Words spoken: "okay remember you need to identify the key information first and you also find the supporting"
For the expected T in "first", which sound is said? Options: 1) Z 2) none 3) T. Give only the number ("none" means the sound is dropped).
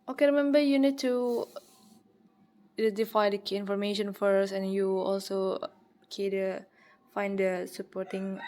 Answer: 2